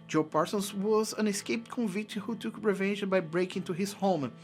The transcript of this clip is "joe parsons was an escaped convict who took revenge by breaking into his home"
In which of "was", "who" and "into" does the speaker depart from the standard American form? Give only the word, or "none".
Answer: into